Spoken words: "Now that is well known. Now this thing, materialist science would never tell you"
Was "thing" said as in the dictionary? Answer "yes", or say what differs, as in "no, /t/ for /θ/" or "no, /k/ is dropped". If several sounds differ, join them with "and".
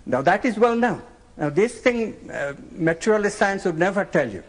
no, /t/ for /θ/